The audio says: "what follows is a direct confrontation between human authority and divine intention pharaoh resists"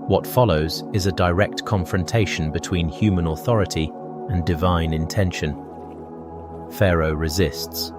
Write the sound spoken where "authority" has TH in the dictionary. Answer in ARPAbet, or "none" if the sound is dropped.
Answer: TH